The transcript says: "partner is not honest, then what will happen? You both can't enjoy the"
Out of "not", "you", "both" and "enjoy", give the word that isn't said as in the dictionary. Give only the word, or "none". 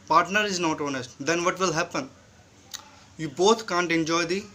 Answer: both